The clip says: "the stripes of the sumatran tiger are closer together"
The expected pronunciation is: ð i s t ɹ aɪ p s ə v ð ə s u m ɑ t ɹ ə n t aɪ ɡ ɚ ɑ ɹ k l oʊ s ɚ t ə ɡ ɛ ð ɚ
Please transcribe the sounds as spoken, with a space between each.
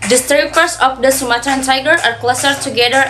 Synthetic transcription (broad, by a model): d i s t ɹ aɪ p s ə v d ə s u m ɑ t ə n t aɪ ɡ ɚ ɑ ɹ k l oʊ s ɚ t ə ɡ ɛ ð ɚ